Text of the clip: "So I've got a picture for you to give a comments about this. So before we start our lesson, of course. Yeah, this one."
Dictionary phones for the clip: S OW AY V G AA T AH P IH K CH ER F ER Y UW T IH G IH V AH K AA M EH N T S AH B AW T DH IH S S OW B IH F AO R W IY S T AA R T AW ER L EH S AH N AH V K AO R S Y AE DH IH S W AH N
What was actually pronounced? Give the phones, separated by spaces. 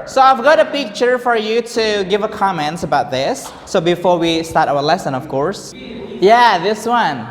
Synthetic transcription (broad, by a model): S OW AY V G AA T AH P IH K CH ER F ER Y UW T IH G IH V AH K AA M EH N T AH B AW T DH IH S S OW B IH F AO R W IY S T AA R T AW ER L EH S AH N AH V K AO R S Y AE DH IH S W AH N